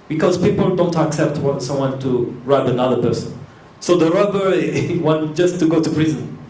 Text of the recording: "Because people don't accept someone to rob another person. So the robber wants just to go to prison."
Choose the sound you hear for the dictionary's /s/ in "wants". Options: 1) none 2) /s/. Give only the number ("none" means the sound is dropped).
1